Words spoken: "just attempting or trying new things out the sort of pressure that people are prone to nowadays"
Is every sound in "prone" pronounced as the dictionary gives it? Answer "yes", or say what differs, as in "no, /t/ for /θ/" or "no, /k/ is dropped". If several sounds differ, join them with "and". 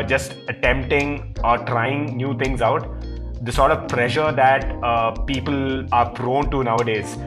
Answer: no, /f/ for /p/